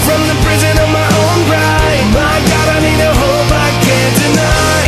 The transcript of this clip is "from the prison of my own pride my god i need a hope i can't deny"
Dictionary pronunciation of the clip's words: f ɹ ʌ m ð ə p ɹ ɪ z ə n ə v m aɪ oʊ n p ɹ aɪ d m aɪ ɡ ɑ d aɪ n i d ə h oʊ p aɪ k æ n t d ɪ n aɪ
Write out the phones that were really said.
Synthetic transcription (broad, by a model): f ɹ ʌ m ð ə p ɹ ɪ z ə n ə v m aɪ oʊ n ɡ ɹ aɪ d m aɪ ɡ ɑ d aɪ n i d ə h oʊ b aɪ k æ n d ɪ n aɪ